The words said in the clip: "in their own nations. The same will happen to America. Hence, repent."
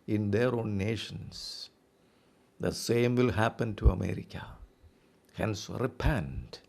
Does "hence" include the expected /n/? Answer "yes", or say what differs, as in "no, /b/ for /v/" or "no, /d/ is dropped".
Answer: yes